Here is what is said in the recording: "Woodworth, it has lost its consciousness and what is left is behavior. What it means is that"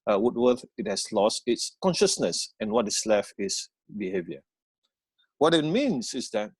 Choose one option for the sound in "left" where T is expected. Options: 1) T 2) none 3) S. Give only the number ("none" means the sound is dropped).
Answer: 2